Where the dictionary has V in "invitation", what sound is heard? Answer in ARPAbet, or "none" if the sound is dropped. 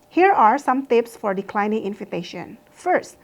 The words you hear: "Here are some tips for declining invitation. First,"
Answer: F